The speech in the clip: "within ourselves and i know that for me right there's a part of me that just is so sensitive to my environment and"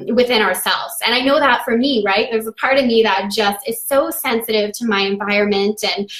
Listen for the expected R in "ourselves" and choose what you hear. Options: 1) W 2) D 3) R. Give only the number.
3